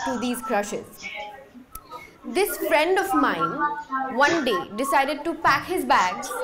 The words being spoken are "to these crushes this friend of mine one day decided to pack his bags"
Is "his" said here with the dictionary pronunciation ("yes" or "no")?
yes